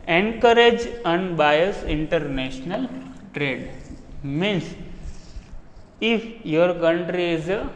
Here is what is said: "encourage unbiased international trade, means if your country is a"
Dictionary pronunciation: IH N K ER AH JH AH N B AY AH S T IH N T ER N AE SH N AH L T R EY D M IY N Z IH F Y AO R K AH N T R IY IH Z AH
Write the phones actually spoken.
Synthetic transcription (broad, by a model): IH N K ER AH JH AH N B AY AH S IH N T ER N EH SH N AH L T R EY D M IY N S IH F Y AO R K AH N T R IY IH Z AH